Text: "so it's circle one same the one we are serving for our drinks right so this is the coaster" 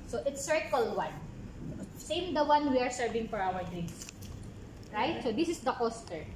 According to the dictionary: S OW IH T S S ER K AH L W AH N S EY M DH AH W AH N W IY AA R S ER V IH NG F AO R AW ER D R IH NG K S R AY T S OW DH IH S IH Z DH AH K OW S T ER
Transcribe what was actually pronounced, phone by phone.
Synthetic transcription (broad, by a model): S OW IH T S S ER K AH L W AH N S EY M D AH W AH N W IY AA R S ER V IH NG F AO R AW ER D R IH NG S R AY T S OW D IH S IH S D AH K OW S T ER